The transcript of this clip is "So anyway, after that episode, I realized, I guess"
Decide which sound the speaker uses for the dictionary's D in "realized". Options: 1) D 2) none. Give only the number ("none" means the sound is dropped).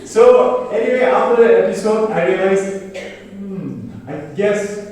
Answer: 2